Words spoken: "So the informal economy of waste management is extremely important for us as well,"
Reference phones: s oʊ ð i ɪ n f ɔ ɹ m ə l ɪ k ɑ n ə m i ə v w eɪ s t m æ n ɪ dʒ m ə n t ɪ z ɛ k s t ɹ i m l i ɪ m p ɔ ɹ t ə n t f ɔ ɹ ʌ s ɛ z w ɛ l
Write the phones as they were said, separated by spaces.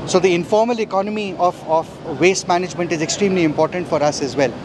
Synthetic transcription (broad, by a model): s oʊ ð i ɪ n f ɔ ɹ m ə l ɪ k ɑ n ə m i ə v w eɪ s t m æ n ɪ dʒ m ə n t ɪ z ɛ k s t ɹ i m l i ɪ m p ɔ ɹ t ə n t f ɔ ɹ ʌ s ɛ z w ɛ l